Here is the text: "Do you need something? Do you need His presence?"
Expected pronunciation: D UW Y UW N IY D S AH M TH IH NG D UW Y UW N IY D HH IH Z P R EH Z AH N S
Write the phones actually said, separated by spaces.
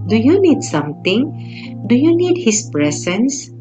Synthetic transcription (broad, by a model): D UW Y UW N IY D S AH M T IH NG D UW Y UW N IY D HH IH S P R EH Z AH N S